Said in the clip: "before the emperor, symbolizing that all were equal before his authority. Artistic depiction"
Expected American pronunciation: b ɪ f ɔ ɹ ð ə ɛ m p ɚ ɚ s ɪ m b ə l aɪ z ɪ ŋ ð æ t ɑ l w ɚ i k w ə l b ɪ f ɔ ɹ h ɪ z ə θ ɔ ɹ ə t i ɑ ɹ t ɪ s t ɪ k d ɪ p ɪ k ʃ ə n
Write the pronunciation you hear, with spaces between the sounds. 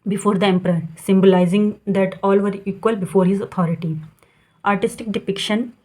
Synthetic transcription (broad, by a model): b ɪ f ɔ ɹ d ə ɛ m p ɚ ɚ s ɪ m b ə l aɪ z ɪ ŋ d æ t ɑ l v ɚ i k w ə l b ɪ f ɔ ɹ h ɪ z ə t ɔ ɹ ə t i ɑ ɹ t ɪ s t ɪ k d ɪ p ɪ k ʃ ə n